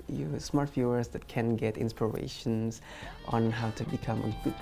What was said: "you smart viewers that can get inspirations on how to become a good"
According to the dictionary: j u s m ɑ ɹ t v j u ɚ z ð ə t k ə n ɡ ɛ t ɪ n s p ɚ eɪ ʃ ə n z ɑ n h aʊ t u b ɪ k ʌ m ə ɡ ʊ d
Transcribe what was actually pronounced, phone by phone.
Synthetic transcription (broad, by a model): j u s m ɑ ɹ t f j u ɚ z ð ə t k ə n ɡ ɛ t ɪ n s p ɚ eɪ ʃ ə n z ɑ n h aʊ t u b ɪ k ʌ m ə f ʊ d